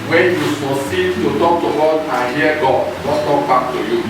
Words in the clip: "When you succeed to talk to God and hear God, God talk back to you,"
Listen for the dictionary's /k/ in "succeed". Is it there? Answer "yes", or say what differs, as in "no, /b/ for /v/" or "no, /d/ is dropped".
no, /k/ is dropped